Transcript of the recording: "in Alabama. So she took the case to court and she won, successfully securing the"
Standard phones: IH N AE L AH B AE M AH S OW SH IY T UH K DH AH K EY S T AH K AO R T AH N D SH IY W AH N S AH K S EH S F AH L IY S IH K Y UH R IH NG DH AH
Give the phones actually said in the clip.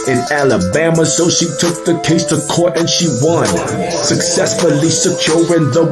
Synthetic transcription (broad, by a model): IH N AE L AH B AE M AH S OW SH IY T UH K DH AH K EY S T AH K AO R T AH N SH IY W AH N S AH K S EH S F AH L IY S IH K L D R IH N DH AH